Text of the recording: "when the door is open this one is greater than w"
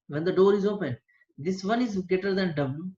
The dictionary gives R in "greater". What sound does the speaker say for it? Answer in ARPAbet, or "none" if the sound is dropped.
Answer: none